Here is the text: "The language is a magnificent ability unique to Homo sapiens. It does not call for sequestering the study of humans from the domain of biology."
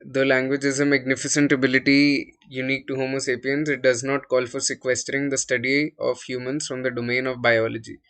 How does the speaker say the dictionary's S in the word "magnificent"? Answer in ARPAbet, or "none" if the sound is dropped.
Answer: S